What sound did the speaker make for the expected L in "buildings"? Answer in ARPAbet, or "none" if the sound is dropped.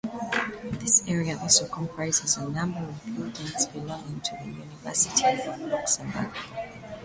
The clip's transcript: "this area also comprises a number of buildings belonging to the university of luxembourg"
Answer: none